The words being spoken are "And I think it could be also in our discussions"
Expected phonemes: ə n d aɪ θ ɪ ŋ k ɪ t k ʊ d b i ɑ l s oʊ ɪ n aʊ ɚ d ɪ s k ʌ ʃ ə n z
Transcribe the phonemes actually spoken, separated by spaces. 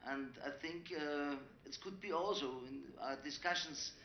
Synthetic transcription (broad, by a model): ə n d aɪ θ ɪ ŋ k ɪ t k ʊ d b i ɑ l s oʊ ɪ n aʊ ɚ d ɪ s k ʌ ʃ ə n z